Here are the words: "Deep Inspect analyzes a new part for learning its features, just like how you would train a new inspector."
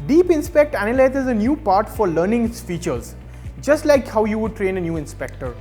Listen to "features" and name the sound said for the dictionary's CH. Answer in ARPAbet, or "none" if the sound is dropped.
CH